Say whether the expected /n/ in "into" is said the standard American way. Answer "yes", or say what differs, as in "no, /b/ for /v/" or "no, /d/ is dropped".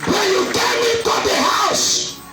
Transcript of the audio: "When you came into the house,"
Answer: no, /n/ is dropped